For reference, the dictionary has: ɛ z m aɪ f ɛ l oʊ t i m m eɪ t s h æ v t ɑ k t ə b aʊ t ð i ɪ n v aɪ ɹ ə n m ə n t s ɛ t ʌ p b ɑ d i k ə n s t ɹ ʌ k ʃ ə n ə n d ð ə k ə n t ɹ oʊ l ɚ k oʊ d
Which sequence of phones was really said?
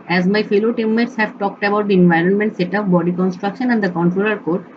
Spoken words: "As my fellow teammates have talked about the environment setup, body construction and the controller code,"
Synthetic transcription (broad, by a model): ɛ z m aɪ f ɛ l oʊ t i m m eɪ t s h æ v t ɑ k t ə b aʊ t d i ɪ n v aɪ ɹ ə n m ə n t s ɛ t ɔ f b ɑ d i k ə n s t ɹ ʌ k ʃ ə n ə n d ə k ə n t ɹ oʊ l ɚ k oʊ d